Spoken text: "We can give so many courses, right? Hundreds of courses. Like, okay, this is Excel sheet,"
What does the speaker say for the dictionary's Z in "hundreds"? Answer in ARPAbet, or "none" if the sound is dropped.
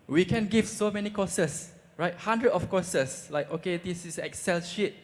none